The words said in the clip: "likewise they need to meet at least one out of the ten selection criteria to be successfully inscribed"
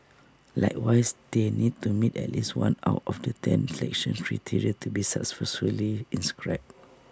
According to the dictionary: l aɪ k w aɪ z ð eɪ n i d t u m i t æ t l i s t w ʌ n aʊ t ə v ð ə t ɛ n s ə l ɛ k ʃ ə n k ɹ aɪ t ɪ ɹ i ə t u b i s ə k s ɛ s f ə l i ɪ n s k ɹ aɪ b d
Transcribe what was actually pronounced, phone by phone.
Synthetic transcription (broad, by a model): l aɪ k w aɪ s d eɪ n i d t u m i t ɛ t l i s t w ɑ n aʊ t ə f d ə t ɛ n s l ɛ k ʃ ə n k ɹ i t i ɹ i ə t u b i s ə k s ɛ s ə l i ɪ n s k ɹ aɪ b